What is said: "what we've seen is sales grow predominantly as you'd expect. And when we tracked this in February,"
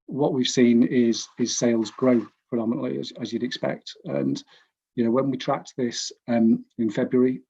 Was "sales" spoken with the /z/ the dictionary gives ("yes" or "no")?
yes